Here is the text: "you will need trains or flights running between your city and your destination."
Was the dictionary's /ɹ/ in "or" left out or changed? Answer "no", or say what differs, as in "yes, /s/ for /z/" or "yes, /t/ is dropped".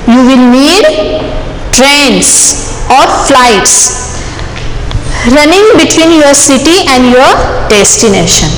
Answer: no